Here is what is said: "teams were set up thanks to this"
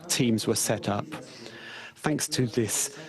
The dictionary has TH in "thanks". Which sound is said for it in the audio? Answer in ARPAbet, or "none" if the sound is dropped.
TH